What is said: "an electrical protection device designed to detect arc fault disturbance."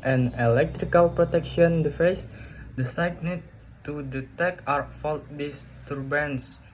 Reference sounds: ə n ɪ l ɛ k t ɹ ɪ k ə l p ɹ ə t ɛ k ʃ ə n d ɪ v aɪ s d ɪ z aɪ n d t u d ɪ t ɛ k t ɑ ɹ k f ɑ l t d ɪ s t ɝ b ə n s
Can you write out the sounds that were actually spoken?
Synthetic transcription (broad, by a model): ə n ɪ l ɛ k t ɹ ɪ k ə l p ɹ ə t ɛ k ʃ ə n d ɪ f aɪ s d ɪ s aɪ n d t u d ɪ t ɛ k ɑ ɹ f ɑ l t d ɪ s t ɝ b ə n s